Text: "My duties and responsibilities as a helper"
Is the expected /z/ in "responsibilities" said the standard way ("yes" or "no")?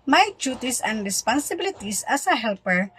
no